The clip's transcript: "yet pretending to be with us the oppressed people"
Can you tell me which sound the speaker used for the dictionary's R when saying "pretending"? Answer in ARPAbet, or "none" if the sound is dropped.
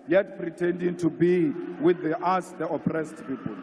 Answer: R